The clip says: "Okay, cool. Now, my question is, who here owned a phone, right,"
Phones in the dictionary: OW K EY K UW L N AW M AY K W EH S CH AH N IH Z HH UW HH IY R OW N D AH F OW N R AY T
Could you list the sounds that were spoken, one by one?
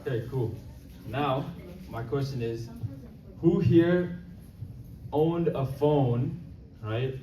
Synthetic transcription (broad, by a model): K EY K UW L N AW M AY K W EH S CH AH N IH Z HH UW HH IY R OW N D AH F OW N R AY T